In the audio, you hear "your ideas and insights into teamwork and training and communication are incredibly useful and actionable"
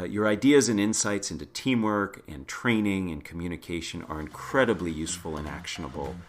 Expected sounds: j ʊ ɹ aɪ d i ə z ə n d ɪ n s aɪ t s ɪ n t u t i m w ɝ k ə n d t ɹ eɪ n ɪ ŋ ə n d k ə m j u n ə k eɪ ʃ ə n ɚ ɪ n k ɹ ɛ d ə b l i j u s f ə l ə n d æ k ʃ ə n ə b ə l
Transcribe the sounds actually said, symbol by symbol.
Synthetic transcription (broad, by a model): j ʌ ɹ aɪ d i ə z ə n ɪ n s aɪ t s ɪ n t u t i m w ɝ k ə n t ɹ eɪ n ɪ ŋ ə n k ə m j u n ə k eɪ ʃ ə n ɚ ɪ n k ɹ ɛ d ə b l i j u s f ə l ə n æ k ʃ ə n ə b l